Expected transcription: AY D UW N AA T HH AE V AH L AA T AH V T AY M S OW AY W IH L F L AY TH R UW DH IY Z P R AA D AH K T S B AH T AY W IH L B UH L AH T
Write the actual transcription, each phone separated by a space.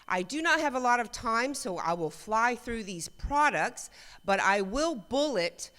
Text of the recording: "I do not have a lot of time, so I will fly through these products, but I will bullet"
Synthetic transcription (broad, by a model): AY D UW N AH T HH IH V AH L AA T AH V T AY M S OW AY W IH L F L AY TH R UW DH IY Z P R AA D AH K T S B AH T AY W IH L B UH L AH T